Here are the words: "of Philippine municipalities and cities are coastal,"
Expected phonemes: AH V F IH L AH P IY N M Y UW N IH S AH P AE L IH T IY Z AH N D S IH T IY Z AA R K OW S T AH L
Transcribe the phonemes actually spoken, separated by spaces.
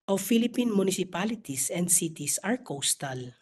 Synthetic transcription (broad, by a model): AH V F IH L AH P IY N M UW N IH S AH P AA L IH T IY S AH N D S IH T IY S AA R K OW S T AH L